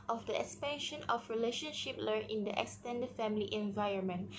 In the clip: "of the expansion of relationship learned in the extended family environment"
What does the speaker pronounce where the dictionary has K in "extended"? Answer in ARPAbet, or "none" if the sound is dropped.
K